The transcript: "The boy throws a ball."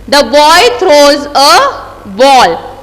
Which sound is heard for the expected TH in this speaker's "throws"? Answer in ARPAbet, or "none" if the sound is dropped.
T